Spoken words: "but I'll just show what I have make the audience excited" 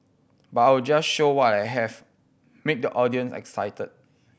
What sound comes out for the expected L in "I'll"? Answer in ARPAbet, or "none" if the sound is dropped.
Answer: W